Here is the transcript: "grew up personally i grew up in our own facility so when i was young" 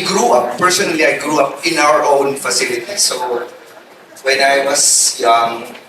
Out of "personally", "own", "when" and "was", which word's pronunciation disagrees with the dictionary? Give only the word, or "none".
was